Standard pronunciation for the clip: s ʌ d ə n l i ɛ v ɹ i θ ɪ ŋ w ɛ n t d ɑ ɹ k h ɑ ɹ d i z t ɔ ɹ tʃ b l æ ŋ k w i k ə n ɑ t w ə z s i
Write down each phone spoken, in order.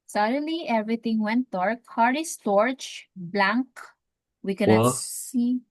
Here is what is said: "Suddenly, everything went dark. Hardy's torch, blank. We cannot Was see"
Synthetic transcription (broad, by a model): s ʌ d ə l i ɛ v ɹ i t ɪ ŋ w ɛ n t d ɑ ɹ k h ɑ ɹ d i s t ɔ ɹ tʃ b l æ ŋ k w i k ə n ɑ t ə s i